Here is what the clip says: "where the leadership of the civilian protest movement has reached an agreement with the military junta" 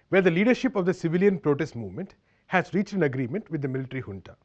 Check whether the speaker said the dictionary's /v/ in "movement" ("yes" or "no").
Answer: yes